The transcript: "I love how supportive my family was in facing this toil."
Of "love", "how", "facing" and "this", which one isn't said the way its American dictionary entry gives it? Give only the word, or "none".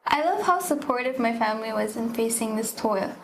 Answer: none